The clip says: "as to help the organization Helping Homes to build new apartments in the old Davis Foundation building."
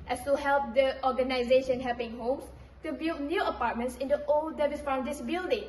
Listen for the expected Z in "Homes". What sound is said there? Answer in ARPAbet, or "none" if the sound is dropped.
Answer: S